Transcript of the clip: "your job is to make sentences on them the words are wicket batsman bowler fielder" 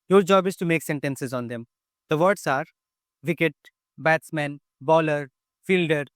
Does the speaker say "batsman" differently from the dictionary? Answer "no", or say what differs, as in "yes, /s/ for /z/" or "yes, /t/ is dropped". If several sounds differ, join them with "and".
no